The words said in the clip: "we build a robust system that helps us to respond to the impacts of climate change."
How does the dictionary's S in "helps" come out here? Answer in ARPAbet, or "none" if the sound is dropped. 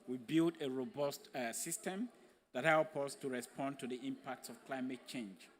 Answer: none